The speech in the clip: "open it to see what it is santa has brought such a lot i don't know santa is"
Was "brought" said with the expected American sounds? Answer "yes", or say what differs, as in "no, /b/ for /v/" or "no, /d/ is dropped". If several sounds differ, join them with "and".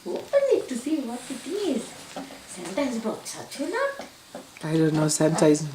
no, /ɹ/ is dropped